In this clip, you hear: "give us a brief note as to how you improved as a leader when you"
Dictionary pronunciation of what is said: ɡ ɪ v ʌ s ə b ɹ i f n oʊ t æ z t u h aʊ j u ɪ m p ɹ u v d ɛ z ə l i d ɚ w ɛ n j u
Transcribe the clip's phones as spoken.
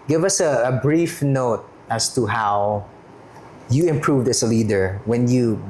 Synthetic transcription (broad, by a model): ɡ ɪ v ʌ s ə b ɹ i f n oʊ t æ s t u h aʊ j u ɪ m p ɹ u v d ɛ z ə l i d ɚ w ɛ n j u